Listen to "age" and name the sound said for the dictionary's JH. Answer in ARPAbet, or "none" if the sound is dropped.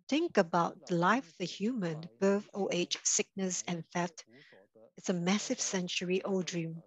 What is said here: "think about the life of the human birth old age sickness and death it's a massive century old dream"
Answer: CH